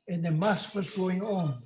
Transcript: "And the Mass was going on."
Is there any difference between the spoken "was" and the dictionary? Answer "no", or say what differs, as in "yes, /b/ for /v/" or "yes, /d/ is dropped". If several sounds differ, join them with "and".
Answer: no